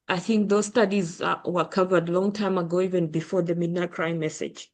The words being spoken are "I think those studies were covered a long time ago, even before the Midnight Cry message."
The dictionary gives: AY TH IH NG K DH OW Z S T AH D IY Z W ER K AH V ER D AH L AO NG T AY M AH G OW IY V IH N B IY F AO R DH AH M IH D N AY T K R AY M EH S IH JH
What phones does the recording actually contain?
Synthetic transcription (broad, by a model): AY TH IH NG K DH OW Z S T AH D IY Z W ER K AH V ER D L AO NG T AY M AH G OW IY V IH N B IY F AO R DH AH M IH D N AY K R AY M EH S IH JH